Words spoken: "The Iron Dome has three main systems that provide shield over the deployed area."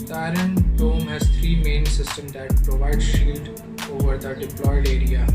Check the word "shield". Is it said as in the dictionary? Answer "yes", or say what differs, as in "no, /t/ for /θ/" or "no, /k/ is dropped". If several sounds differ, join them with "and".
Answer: yes